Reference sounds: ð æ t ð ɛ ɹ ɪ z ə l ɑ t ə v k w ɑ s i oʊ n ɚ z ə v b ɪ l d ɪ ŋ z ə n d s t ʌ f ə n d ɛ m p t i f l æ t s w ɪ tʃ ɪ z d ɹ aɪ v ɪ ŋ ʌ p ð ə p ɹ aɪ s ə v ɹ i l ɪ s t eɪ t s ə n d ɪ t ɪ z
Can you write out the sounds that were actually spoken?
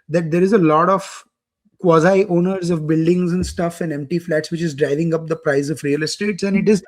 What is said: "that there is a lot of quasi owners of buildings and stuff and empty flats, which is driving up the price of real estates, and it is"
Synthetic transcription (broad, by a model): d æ t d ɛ ɹ ɪ z ə l ɑ t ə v k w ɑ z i oʊ n ɚ z ə v b ɪ l d ɪ ŋ z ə n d s t ʌ f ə n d ɛ m p t i f l æ t s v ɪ tʃ ɪ z d ɹ aɪ v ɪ ŋ ʌ p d ə p ɹ aɪ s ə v ɹ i l ɪ s t eɪ t s ə n d ɪ t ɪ z